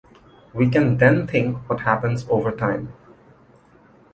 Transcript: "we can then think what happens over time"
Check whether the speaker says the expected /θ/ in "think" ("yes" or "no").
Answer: no